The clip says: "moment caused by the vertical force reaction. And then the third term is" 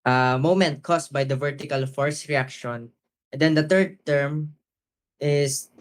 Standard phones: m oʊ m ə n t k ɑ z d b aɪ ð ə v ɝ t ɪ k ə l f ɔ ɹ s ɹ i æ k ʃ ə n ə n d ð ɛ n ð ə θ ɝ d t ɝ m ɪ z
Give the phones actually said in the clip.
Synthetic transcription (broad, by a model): m oʊ m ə n t k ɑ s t b aɪ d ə v ɝ t ɪ k ə l f ɔ ɹ s ɹ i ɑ k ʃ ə n ə n d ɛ n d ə t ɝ d t ɝ m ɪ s